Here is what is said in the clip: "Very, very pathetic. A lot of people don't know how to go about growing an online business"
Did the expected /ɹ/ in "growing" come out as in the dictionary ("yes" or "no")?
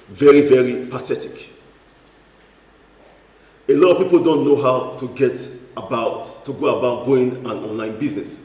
no